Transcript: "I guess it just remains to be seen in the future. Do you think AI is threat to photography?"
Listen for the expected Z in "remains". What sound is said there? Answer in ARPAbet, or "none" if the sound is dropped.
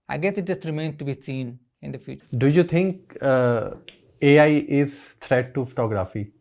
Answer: none